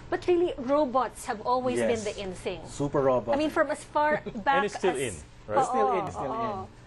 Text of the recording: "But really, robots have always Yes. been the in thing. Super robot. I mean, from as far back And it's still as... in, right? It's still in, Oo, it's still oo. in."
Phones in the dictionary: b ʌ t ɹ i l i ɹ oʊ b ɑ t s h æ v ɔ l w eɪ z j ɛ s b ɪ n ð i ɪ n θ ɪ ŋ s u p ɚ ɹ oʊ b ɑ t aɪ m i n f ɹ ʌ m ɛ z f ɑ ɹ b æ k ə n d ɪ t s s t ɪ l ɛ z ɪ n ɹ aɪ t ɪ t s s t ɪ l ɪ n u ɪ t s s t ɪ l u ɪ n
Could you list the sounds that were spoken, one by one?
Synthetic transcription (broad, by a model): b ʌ t ɹ i l i ɹ oʊ b ɑ t s h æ v ɔ l w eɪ j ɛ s b ɪ n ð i ɪ n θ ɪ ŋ s u p ɚ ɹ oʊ b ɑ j m i n f ɹ ʌ m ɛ s f ɑ ɹ b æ ə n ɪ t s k t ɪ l ɪ n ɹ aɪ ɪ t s s t ɪ l ɪ n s s t ɪ l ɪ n